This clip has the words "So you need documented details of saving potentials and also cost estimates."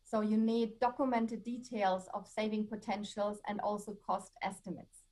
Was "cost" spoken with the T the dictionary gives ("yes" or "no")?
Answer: yes